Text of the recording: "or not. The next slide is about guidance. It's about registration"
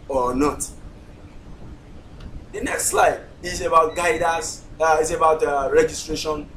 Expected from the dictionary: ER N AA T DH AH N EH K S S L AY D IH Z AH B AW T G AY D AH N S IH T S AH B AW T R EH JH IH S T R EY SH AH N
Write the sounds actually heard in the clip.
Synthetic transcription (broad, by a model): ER N AA T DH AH N EH K S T L AY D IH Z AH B AW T G AY D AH S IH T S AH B AW T R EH JH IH S T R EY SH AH N